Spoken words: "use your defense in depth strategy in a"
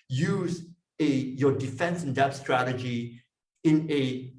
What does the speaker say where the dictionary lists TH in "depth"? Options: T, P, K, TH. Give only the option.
T